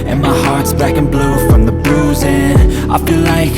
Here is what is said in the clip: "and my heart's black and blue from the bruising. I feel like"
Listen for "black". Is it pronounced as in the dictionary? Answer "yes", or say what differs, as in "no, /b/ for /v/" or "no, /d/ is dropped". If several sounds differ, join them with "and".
no, /l/ is dropped